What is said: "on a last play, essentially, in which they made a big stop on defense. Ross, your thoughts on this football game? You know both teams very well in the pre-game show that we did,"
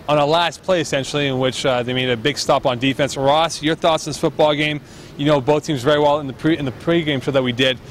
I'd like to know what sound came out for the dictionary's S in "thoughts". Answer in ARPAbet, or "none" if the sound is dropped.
S